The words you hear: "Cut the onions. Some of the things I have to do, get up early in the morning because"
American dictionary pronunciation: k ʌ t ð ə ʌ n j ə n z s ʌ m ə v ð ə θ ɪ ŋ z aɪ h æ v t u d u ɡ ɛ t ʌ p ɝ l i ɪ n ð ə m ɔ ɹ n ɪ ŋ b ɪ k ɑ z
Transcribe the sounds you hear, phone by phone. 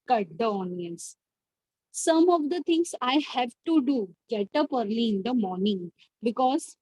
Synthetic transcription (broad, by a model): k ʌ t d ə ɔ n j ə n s s ʌ m ə v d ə t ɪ ŋ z aɪ h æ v t u d u ɡ ɛ t ʌ p ɝ l i ɪ n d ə m ɔ ɹ n ɪ ŋ b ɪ k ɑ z